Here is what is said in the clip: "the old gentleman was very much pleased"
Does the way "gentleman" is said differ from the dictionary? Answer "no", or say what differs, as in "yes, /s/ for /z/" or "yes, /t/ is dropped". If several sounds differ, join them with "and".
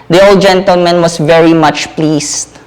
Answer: no